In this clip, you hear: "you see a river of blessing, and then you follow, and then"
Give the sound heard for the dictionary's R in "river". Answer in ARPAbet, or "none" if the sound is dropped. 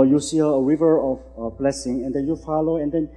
W